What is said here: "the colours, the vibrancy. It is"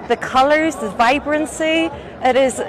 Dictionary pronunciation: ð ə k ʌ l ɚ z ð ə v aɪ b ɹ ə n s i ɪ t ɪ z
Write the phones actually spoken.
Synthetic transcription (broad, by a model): ð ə k ʌ l ɚ z ð ə v aɪ b ɹ ə n s i ɪ t ɪ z